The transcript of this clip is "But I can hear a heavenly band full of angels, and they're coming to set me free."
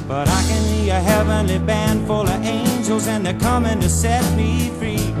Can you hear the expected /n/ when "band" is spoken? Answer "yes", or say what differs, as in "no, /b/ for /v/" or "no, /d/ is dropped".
yes